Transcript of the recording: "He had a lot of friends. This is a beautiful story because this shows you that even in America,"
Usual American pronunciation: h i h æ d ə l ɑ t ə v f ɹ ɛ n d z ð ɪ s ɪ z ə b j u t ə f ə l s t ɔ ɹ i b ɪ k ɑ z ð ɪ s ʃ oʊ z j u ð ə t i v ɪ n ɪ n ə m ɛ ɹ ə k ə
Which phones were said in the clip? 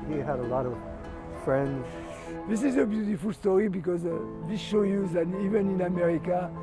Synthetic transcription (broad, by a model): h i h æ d ə l ɑ t ə v f ɹ ɛ n d z ð ɪ s ɪ z ə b j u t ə f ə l s t ɔ ɹ i b ɪ k ɑ z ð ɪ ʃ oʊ j u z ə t i v ɪ n ɪ n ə m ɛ ɹ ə k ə